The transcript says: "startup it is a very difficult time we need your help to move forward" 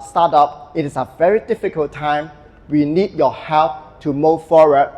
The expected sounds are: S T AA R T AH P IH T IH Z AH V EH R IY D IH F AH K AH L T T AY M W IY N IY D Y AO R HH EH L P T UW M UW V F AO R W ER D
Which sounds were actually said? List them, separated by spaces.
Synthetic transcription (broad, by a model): S T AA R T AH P IH T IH S AH V EH R IY D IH F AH K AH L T T AY M W IY N IY D Y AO HH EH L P T UW M UW V F AO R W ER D